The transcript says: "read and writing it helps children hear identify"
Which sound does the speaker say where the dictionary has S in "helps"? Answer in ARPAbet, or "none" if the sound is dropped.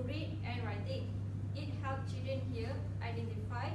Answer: none